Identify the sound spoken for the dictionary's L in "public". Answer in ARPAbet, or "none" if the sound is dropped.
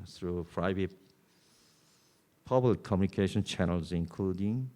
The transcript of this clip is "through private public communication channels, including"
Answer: none